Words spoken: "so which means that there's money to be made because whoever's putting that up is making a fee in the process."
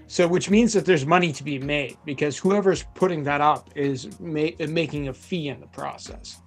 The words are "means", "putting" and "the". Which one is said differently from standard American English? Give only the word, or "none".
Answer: none